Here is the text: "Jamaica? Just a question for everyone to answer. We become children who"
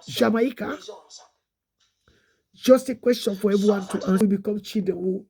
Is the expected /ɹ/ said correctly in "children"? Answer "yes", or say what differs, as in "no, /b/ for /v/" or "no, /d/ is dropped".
no, /ɹ/ is dropped